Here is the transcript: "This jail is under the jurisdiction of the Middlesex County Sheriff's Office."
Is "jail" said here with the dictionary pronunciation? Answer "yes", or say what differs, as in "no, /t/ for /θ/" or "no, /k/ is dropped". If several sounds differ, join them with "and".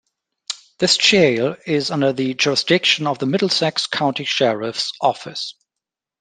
no, /tʃ/ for /dʒ/